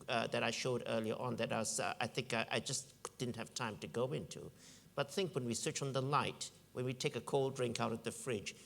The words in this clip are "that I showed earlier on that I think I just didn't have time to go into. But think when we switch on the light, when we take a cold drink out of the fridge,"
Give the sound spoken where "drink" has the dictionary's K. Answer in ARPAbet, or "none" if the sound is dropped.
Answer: K